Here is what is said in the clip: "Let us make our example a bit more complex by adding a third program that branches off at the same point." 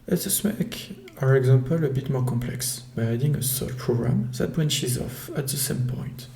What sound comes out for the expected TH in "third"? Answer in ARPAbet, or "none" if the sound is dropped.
S